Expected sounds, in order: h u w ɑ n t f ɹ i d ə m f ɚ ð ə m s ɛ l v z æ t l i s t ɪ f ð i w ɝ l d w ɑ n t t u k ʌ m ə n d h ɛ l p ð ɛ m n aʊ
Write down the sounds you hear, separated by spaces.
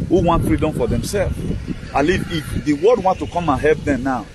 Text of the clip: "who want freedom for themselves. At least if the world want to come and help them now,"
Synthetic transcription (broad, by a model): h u w ɑ n t f ɹ i d ə m f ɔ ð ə m s ɛ l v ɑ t l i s ɪ f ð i w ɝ d w ɑ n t t u k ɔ m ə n h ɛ p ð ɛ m n aʊ